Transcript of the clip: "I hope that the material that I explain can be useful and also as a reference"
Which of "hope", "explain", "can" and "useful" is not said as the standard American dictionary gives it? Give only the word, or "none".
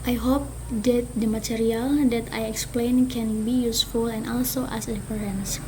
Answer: none